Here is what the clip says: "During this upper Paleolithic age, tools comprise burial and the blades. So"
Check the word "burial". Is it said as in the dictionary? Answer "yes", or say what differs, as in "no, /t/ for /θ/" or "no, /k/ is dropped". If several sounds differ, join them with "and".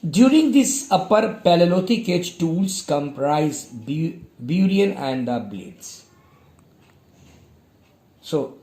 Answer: no, /n/ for /l/